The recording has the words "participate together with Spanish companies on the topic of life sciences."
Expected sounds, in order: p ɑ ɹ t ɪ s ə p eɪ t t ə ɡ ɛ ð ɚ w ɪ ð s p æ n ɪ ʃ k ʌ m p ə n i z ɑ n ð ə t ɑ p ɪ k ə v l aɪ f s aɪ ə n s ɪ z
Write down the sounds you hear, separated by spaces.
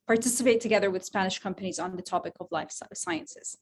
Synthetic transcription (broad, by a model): p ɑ ɹ t ɪ s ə p eɪ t t ə ɡ ɛ ð ɚ w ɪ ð s p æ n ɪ ʃ k ʌ m p ə n i z n ð ə t ɑ p ɪ k ə v l aɪ f s aɪ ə n s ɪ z